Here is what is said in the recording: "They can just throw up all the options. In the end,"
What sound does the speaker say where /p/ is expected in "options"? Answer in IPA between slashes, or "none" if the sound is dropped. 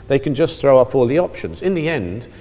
/p/